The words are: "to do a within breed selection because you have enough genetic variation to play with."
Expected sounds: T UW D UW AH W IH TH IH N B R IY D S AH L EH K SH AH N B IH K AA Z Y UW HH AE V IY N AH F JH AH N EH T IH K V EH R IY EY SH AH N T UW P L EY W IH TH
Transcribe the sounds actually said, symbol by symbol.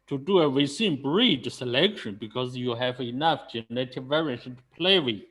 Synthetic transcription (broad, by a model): T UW D UW AH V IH S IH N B R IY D S AH L EH K SH AH N B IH K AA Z Y UW HH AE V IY N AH F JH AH N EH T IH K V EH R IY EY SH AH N T UW P L EY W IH